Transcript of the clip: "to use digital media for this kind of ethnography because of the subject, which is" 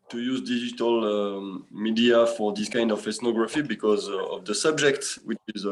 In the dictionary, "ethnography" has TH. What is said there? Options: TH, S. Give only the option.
S